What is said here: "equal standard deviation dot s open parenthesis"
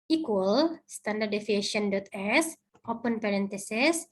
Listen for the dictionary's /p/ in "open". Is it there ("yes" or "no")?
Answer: yes